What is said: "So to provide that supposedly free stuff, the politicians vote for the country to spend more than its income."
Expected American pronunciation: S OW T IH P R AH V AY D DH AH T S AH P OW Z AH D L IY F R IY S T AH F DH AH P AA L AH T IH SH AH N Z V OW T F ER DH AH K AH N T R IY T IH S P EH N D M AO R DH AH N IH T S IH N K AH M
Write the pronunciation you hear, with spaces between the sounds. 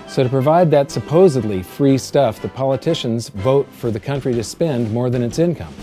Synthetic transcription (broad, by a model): S OW T IH P R AH V AY D DH AH T S AH P OW Z AH D L IY F R IY S T AH F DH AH P AA L AH T IH SH AH N Z V OW T F ER DH AH K AH N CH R IY T IH S P EH N D M AO R DH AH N IH T S IH N K AH M